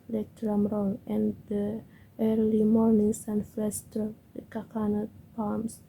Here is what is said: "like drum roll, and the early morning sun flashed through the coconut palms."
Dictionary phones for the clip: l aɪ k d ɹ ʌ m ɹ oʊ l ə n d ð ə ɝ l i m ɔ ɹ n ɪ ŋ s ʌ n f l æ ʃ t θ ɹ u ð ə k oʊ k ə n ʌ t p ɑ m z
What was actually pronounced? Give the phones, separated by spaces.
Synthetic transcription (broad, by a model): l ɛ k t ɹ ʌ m ɹ oʊ l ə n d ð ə ɝ l i m ɔ ɹ n ɪ ŋ s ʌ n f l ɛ s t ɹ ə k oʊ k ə n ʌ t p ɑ m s